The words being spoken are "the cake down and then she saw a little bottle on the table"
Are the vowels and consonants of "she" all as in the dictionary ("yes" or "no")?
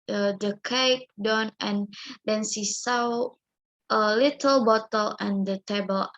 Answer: no